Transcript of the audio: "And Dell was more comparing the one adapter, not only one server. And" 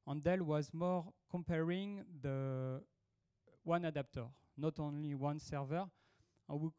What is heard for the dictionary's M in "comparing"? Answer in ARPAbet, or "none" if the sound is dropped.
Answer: M